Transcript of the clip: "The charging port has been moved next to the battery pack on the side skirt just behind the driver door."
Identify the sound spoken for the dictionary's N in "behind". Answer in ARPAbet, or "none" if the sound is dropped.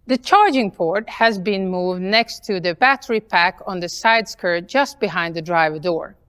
N